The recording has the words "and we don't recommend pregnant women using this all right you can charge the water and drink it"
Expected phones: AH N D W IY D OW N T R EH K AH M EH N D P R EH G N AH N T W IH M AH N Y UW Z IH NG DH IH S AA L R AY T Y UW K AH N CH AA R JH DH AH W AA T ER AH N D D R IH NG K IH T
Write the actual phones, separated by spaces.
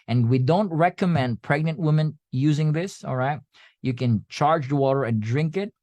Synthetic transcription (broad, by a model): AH N W IY D OW N T R EH K AH M EH N D P R EH G N AH N T W IH M AH N Y UW Z IH NG DH IH S AA L R AY T Y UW K AH N CH AA R JH DH AH W AA T ER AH N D D R IH NG K IH T